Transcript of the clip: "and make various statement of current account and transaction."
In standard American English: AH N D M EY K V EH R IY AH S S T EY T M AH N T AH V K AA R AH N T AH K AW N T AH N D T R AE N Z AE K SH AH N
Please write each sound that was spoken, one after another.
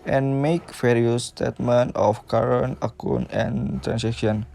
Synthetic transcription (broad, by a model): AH N M EY K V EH R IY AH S S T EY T M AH N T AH F K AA R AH N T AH K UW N AH N T R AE N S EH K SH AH N